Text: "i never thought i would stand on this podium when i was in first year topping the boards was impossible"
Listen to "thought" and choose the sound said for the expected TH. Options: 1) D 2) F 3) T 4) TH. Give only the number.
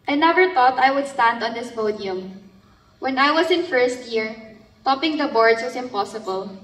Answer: 3